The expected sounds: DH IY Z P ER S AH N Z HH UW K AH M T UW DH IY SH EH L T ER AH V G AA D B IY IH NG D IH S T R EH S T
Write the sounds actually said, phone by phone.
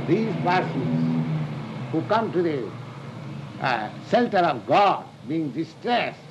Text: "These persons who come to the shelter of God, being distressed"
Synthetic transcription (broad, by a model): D IY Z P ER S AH Z HH UW K AH M T UW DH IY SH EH L T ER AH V G AA D B IY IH NG D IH S T R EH S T